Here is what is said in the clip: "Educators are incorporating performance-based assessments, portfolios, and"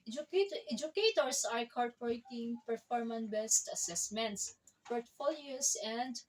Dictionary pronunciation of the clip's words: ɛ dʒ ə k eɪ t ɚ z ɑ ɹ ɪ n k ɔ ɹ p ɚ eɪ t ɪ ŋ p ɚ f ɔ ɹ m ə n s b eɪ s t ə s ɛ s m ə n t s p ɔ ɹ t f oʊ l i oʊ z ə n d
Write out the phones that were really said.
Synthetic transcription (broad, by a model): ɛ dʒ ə k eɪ t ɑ ɹ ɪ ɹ k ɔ ɹ p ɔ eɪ t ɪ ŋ p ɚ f ɔ ɹ m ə n b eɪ s t ə s ɛ s m ə n t s p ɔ ɹ t f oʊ l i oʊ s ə n d